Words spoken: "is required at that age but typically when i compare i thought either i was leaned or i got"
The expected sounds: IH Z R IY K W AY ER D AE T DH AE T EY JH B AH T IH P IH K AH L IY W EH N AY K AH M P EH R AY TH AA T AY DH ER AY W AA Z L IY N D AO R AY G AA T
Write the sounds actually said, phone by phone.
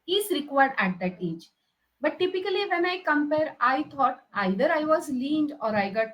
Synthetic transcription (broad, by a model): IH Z R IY K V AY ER D AE T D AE T EY JH B AH T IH P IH K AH L IY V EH N AY K AH M P EH R AY T AA T AY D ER AY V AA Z L IY N D AO R AY G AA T